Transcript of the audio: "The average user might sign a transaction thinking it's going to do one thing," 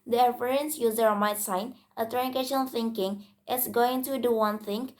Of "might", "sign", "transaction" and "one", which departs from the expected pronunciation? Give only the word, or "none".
transaction